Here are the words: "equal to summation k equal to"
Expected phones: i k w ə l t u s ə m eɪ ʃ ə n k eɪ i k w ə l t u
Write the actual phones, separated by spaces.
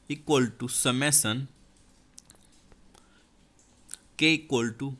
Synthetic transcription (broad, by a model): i k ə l t u s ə m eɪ s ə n k eɪ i k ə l t u